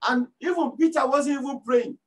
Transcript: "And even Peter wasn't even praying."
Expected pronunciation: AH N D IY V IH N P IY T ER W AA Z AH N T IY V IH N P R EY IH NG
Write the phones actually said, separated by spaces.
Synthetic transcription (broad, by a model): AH N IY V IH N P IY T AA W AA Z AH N IY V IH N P R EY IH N